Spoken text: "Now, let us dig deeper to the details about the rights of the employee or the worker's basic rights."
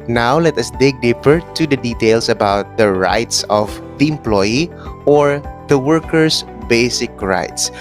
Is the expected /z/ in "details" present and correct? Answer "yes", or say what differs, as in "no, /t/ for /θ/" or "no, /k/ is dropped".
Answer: no, /s/ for /z/